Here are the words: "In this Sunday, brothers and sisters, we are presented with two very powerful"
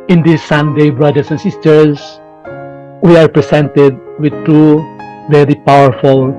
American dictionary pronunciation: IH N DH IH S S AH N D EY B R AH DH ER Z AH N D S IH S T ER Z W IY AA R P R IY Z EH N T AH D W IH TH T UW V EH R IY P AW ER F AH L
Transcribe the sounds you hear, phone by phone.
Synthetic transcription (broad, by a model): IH N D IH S S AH N D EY B R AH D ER S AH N S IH S T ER S W IY AA R P R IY S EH N T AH D W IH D T UW V EH R IY P AW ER F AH L